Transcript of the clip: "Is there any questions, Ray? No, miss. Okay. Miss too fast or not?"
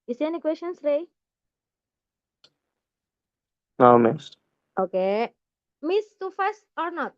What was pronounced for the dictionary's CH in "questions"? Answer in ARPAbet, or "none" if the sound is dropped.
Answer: SH